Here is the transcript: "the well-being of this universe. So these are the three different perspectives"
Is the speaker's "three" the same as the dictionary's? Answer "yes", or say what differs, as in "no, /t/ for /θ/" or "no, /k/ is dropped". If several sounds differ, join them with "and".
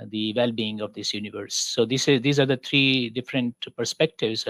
no, /t/ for /θ/